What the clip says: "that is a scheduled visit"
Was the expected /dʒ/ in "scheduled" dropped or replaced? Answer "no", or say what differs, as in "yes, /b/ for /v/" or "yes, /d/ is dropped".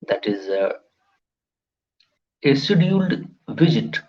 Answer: yes, /dʒ/ is dropped